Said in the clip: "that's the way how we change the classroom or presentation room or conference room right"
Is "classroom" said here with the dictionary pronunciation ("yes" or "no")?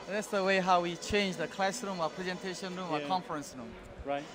yes